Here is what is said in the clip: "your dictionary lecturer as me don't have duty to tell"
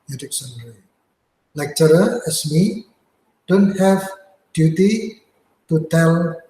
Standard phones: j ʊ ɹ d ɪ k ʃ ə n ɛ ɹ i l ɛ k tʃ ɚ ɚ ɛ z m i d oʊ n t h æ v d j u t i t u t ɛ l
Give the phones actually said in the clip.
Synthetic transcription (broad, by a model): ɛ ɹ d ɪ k s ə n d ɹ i l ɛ k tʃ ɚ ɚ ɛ s m i d oʊ n t h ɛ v d j u t i t u t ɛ l